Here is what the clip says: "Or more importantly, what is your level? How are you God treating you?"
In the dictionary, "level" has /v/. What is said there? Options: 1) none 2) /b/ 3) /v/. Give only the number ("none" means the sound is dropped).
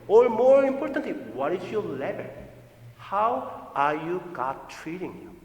2